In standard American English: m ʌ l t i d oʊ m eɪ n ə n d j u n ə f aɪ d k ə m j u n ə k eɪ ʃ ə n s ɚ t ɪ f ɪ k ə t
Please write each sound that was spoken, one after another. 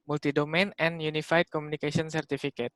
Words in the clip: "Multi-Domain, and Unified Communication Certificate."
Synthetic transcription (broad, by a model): m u l t i d oʊ m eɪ n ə n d j u n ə f aɪ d k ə m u n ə k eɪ s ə n s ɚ t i f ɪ k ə t